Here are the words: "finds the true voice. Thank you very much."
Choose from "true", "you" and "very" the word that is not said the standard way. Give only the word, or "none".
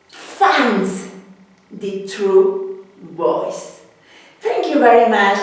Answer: true